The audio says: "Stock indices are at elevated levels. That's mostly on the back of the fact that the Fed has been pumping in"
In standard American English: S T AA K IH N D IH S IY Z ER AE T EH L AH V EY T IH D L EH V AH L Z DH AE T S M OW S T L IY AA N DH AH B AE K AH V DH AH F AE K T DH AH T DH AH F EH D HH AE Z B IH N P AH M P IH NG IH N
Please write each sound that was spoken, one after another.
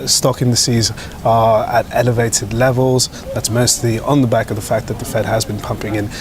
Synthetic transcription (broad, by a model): S T AA K IH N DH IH S IY Z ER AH T EH L AH V EY T IH D L EH V AH L Z DH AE T S M OW S T L IY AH N DH AH B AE K AH V DH AH F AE K DH AH T DH AH F EH D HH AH Z B IH N P AH M P IH NG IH N